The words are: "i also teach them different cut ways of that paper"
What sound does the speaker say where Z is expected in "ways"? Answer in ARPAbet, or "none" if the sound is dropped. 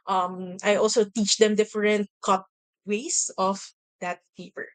S